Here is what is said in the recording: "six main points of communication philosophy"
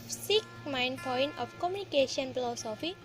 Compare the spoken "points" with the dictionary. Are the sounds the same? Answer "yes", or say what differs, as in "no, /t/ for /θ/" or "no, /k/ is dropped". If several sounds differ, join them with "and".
no, /s/ is dropped